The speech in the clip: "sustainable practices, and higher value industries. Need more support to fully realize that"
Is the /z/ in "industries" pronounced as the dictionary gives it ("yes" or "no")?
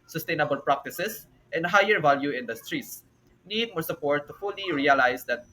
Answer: no